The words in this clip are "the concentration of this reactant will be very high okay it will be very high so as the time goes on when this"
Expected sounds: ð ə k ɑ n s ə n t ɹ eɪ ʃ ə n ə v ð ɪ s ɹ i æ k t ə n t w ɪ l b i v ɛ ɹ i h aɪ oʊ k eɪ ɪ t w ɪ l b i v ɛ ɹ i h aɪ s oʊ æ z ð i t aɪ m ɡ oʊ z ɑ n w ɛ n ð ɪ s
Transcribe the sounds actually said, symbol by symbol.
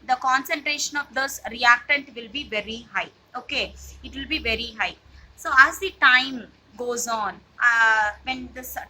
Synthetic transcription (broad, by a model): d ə k ɑ n s ə n t ɹ eɪ ʃ ə n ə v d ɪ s ɹ i æ k t ə n t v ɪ l b i v ɛ ɹ i h aɪ oʊ k eɪ ɪ t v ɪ l b i v ɛ ɹ i h aɪ s oʊ æ z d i t aɪ m ɡ oʊ z ɑ n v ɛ n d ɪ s